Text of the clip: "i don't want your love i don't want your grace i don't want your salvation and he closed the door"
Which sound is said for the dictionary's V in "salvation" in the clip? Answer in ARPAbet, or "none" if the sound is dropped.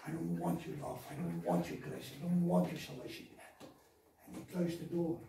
none